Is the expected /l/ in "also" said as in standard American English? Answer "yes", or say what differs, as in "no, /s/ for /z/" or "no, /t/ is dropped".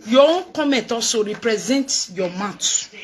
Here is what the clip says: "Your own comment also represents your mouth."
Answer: no, /l/ is dropped